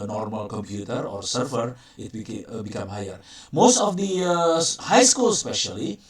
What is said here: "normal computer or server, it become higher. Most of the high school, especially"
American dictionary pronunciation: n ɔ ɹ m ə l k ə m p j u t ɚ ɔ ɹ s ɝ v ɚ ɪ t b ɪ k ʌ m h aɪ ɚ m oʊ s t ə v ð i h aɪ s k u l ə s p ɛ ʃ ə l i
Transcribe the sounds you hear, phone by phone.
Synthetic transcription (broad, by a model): n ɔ ɹ m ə l k ə m p j u t ɚ ɔ ɹ s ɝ f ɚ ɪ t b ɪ k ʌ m h aɪ ɚ m oʊ s t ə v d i h aɪ s k u l s p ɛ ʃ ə l i